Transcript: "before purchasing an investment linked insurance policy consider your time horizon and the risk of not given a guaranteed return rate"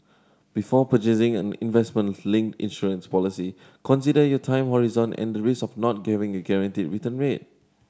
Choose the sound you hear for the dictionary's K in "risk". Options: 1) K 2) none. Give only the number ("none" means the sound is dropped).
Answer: 2